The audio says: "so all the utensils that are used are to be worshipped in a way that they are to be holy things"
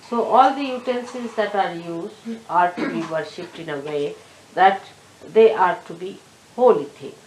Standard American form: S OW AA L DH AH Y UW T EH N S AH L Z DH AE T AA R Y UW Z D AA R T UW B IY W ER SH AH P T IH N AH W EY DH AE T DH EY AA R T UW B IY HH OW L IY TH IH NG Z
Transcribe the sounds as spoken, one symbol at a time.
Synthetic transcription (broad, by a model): S OW AA L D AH Y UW T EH N S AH Z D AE T AA R Y UW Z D AA R T UW B IY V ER SH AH P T IH N AH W EY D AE T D EY AA R T UW B IY HH OW L IY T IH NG